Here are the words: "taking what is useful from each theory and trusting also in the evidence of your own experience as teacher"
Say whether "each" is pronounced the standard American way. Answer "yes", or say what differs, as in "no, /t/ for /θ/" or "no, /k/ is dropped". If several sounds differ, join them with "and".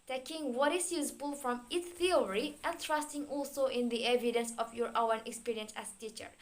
no, /s/ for /tʃ/